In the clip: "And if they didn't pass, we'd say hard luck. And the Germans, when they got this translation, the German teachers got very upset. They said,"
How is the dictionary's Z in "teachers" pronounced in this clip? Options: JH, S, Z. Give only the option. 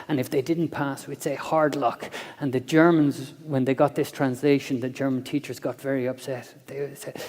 Z